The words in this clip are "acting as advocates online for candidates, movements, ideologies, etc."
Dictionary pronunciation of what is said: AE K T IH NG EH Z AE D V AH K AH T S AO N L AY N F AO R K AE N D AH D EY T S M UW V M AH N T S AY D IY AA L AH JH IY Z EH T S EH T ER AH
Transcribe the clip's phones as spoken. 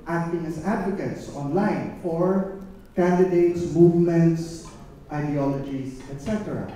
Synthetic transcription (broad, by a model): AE K T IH NG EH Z AE D V AH K AH T S AO N L AY N F AO R K AE N D AH D EY T S M UW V M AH N T S AY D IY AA L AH JH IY S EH T S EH T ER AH